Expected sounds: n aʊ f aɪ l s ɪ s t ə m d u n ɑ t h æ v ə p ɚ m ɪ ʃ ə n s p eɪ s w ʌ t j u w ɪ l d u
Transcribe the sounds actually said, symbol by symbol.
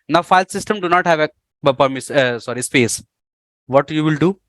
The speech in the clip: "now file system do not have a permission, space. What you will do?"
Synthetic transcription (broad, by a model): n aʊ f aɪ l s ɪ s t ə m d u n ɑ t h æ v ə p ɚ m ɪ s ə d s p eɪ s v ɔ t j u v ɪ l d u